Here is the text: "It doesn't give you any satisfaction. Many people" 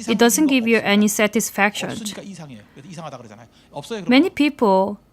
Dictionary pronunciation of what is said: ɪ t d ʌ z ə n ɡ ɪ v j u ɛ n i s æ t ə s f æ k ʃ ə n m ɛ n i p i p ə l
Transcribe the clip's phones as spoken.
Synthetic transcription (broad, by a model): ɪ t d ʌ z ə n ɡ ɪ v j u ɛ n i s æ t ə s f æ k ʃ ə n m ɛ n i p i p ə l